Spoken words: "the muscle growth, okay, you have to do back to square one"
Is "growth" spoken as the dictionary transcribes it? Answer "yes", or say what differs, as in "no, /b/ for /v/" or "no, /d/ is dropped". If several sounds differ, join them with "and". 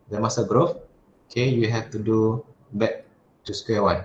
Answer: no, /f/ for /θ/